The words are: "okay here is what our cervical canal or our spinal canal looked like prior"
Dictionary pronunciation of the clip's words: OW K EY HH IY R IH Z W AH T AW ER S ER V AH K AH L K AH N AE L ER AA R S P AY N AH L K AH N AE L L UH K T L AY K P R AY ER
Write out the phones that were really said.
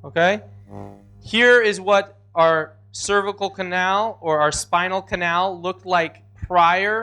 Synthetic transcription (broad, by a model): OW K EY HH IY R IH Z W AH T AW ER S ER V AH K L K AH N AE L ER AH R S P AY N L K AH N AE L L UH K T L AY K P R AY ER